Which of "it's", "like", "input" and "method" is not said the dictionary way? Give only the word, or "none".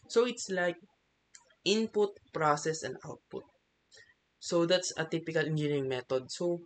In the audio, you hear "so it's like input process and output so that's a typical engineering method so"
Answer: method